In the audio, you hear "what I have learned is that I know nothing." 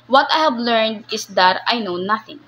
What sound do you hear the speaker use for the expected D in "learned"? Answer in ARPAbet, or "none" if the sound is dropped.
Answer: D